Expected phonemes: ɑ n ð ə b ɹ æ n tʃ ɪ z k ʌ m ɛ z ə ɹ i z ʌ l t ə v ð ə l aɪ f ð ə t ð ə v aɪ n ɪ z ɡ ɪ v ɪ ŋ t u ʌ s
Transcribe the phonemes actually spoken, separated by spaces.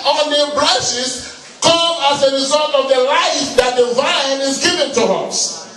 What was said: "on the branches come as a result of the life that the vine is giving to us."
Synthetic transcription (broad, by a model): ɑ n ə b l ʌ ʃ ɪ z k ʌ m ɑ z ə ɹ i z ʌ l t ə v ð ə l aɪ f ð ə t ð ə v aɪ n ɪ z ɡ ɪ v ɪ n t u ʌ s